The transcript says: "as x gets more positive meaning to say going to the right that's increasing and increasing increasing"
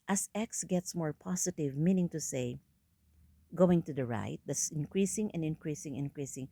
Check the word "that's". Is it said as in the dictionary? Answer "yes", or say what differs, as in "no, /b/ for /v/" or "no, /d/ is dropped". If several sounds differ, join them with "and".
no, /s/ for /t/